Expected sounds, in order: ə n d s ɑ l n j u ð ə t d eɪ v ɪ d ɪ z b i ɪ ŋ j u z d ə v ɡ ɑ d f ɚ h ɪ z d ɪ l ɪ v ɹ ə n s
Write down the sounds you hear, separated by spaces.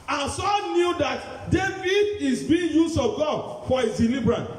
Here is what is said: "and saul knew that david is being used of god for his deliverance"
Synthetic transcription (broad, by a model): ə n s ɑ n n j u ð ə t d eɪ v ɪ d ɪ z b i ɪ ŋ j u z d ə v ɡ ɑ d f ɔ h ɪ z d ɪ l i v ɹ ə n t